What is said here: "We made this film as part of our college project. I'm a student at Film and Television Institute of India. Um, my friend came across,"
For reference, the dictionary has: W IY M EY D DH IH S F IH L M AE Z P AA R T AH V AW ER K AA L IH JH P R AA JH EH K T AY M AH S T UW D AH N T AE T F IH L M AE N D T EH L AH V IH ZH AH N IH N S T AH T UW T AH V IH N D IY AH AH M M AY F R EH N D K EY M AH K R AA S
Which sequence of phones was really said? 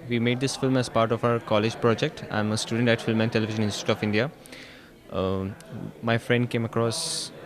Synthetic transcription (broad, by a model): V IY M EY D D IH S F IH L M AE Z P AA R T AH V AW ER K AA L IH JH P R AA JH EH K T AY M AH S T UW D AH N T AE T F IH L M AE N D T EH L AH V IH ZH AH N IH N S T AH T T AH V IH N D IY AH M M AY F R EH N D K EY M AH K R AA S